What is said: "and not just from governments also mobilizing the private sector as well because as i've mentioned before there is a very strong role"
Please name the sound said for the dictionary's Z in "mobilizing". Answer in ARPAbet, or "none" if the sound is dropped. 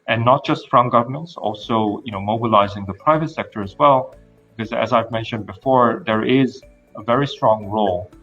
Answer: Z